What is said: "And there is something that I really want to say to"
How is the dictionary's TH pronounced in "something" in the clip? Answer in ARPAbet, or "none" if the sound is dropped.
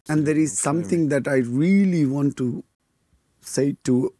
T